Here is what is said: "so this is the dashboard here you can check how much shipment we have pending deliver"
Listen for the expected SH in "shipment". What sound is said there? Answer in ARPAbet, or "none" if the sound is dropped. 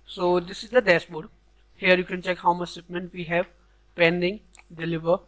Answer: S